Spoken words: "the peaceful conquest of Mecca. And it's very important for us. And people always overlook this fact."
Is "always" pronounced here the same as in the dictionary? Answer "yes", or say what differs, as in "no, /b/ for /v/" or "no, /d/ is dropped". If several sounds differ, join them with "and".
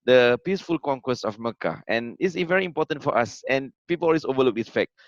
no, /z/ is dropped